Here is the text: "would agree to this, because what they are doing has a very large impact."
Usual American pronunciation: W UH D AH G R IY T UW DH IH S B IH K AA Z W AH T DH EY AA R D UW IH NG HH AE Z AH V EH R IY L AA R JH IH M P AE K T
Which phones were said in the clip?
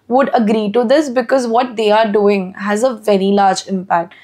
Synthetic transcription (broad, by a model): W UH D AH G R IY T UW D IH S B IH K AA Z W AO T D EY AA R D UW IH NG HH AE Z AH V EH R IY L AA R JH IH M P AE K T